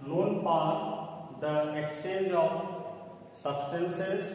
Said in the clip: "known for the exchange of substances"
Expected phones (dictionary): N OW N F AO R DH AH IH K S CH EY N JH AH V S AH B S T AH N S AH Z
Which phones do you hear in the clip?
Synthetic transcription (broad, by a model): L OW N P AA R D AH IH K S CH EY N JH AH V S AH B S T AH N S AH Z